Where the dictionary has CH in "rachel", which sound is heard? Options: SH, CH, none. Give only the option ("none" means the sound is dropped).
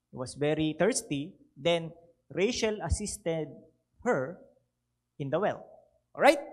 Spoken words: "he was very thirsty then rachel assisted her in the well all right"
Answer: SH